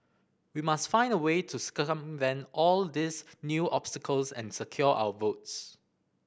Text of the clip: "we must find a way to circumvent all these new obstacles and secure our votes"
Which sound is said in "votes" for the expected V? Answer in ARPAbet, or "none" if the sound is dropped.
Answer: V